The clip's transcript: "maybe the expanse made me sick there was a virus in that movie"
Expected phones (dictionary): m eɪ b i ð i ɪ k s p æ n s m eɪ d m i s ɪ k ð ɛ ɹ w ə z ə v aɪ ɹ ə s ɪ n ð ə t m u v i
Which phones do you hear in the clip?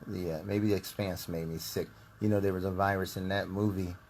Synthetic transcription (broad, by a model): m eɪ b i ð i ɪ k s p æ n s m eɪ d m i s ɪ k ð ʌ ɹ w ə z ə v aɪ ɹ ə s ɪ n ð ə t m u v i